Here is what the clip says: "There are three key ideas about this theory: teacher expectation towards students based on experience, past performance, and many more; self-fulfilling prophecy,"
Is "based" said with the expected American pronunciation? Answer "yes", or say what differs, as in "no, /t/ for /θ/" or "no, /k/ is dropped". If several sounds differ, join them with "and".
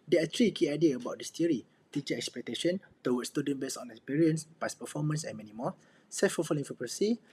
no, /t/ is dropped